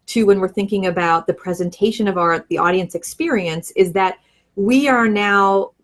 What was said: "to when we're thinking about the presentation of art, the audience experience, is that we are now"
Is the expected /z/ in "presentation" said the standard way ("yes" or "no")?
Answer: yes